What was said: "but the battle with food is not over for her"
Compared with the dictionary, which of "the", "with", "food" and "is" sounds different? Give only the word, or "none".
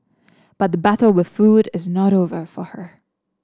none